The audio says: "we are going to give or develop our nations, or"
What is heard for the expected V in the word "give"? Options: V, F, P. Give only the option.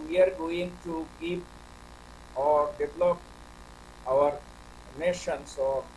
P